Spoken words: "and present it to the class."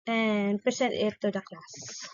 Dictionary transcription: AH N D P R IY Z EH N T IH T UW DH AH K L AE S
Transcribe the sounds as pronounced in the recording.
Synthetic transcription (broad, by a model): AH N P IY S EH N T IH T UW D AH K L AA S